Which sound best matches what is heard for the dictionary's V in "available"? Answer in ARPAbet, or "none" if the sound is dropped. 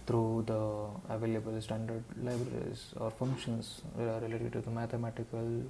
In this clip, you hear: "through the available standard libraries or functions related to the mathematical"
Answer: V